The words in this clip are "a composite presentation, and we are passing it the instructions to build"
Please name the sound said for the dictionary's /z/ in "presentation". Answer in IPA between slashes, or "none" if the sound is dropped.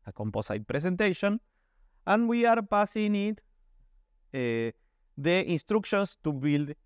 /s/